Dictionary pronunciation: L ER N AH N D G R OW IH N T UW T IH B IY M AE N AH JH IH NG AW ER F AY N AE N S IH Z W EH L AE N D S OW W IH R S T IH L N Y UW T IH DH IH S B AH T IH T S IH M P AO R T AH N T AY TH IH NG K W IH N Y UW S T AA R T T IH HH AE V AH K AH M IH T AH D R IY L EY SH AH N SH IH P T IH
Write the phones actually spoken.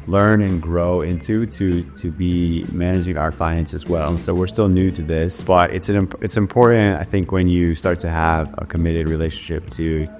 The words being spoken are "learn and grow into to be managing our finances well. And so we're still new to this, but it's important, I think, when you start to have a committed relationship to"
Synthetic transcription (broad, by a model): L ER N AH N G R OW IH N T UW T IH B IY M AE N AH JH IH NG AW ER F AY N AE N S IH Z W EH L S OW W IH R S T IH L N Y UW T IH DH IH S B AH T IH T S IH M P AO R T N T AY TH IH NG K W IH N Y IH S T AA R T T IH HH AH V AH K AH M IH T AH D R IY L EY SH AH N SH IH P T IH